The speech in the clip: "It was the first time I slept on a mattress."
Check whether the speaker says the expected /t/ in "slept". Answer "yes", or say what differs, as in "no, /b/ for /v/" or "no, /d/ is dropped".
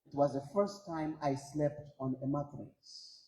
yes